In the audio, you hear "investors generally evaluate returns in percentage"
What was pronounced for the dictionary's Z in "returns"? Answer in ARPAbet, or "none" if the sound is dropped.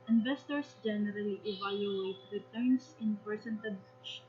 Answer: S